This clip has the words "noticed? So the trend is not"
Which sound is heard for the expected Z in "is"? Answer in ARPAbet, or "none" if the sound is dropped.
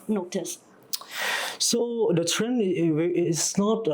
S